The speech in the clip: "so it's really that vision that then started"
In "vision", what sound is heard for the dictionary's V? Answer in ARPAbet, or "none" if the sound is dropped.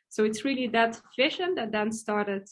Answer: F